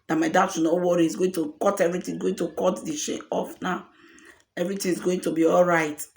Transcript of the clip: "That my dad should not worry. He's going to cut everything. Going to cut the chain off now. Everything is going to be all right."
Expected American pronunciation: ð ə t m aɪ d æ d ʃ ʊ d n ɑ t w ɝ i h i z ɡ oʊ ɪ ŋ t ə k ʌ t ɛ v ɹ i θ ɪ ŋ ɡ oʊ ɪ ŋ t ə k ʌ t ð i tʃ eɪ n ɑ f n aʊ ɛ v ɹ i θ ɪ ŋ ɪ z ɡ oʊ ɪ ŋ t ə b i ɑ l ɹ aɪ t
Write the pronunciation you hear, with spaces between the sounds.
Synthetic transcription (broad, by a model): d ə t m aɪ d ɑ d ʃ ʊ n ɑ w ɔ i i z ɡ oʊ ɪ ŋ t ə k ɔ t ɛ v ɹ i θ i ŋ ɡ oʊ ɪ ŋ t ə k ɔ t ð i ʃ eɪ ɑ f n aʊ ɛ v ɹ i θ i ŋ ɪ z ɡ oʊ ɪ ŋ t ə b i ɑ l ɹ aɪ t